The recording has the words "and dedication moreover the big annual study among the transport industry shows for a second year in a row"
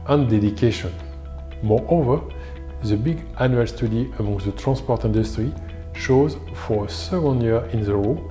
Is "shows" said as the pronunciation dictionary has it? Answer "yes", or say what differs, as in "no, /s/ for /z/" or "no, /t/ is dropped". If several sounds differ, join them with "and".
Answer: yes